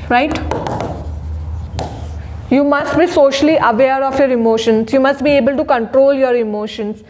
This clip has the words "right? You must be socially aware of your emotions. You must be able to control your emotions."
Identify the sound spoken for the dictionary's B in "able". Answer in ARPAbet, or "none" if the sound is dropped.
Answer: B